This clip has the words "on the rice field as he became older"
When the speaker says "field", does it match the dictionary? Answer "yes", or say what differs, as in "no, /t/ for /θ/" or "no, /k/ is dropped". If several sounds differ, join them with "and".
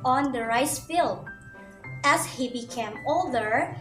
no, /d/ is dropped